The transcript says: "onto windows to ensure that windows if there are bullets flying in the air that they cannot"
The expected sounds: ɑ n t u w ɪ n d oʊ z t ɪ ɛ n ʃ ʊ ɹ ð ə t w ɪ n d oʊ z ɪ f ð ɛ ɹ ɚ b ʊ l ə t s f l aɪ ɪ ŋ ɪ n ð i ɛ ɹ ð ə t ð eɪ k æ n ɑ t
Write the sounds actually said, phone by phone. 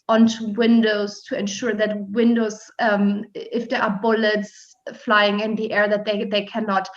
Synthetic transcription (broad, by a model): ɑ n t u w ɪ n d oʊ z t ɪ ɛ n ʃ ʊ ɹ ð ə t w ɪ n d oʊ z ɪ f ð ɛ ɹ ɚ b ʊ l ə t s f l aɪ ɪ ŋ ɪ n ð i ɛ ɹ ð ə t ð eɪ k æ n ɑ t